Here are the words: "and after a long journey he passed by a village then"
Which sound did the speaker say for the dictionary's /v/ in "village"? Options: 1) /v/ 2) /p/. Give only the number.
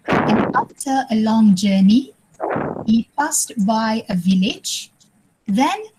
1